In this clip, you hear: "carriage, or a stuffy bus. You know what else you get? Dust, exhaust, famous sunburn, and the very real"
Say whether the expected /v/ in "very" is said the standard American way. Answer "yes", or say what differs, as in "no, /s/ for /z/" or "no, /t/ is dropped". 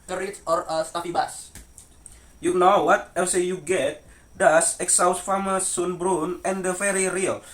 no, /f/ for /v/